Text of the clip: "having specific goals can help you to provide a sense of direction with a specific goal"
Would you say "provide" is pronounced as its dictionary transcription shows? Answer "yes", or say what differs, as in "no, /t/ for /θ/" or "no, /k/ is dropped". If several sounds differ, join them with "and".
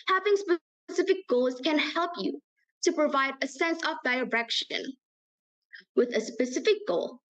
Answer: yes